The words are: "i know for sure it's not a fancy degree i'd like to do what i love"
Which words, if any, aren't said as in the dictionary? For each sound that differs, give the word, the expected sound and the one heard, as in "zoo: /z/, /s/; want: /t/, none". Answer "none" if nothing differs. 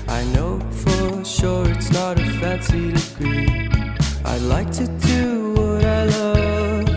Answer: none